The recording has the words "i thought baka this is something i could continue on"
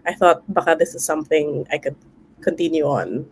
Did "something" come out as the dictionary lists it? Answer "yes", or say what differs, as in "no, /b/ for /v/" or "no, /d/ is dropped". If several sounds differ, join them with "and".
yes